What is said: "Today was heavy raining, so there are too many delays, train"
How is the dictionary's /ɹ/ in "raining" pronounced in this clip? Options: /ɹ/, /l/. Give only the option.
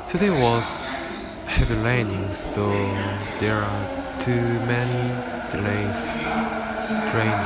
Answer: /l/